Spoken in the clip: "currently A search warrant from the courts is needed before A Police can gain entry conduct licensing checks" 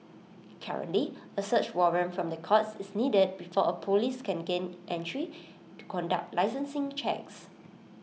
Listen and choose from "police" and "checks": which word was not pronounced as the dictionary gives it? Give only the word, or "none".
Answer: none